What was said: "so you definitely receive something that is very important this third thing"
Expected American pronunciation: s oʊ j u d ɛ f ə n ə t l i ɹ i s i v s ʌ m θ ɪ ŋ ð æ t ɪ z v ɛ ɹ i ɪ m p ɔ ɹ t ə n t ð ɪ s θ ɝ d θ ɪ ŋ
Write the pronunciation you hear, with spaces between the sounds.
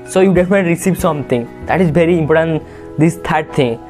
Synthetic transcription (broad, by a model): s oʊ j u d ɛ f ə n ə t i ɹ i s i v s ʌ m t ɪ ŋ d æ t ɪ z v ɛ ɹ i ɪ m p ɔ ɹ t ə n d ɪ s t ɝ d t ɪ ŋ